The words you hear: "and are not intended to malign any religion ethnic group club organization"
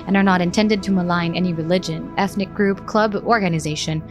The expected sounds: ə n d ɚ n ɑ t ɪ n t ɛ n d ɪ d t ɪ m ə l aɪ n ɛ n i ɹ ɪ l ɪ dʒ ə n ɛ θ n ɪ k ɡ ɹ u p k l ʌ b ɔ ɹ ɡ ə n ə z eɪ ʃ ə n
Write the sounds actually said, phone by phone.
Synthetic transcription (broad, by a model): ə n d ɚ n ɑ t ɪ n t ɛ n d ɪ d t ɪ m ə l aɪ n ɛ n i ɹ ɪ l ɪ dʒ ə n ɛ θ n ɪ k ɡ ɹ u p k l ʌ b ɔ ɹ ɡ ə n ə z eɪ ʃ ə n